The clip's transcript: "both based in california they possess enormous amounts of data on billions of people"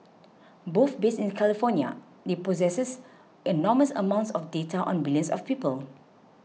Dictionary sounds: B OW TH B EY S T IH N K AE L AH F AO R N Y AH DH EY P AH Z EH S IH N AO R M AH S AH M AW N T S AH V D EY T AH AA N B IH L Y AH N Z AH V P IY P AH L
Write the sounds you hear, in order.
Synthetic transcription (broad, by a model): B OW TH B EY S IH N K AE L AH F AO N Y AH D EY P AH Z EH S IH N AO M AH S AH M AW N T S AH F D EY T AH AA N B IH L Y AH N S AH F P IY P AH L